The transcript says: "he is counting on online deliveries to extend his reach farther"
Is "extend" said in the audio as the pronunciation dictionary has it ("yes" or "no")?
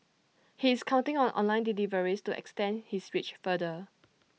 yes